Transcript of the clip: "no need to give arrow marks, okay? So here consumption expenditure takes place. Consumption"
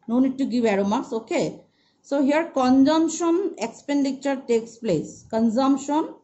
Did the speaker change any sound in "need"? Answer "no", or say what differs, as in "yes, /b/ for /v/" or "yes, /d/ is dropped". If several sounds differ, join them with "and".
no